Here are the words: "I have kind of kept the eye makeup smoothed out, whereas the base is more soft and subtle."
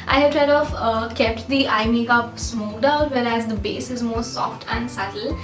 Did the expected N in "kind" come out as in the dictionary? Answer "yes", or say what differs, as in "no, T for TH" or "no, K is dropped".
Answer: no, N is dropped